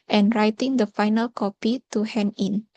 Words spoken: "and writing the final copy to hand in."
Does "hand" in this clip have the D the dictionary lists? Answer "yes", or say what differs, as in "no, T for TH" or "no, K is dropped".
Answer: no, D is dropped